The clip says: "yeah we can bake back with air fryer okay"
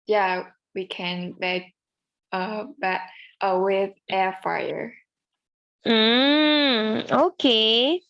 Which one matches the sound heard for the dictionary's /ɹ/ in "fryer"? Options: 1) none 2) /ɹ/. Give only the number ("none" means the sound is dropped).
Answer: 1